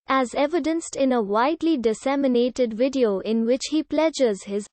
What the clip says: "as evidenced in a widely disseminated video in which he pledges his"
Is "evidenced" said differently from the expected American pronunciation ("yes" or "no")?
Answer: no